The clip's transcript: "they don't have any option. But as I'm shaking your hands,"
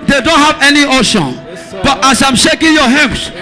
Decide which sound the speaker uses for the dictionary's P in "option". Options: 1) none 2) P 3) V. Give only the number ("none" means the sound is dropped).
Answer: 1